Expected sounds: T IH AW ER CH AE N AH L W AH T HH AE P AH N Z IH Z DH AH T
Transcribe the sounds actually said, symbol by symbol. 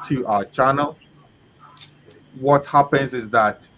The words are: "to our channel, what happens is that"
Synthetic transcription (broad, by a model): T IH AW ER CH AE N AH L W AH T HH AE P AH N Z IH Z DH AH T